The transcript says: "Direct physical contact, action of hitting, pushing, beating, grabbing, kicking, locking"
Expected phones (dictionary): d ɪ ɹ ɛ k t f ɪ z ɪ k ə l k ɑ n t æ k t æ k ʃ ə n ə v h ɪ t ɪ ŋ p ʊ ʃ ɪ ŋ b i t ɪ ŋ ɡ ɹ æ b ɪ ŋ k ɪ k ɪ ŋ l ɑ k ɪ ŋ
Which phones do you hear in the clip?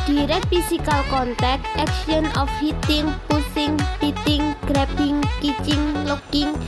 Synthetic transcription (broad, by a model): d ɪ ɹ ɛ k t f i s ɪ k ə l k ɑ n t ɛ k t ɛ k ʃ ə n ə f h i t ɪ ŋ p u s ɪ ŋ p i t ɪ ŋ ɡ ɹ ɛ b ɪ ŋ k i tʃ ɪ ŋ l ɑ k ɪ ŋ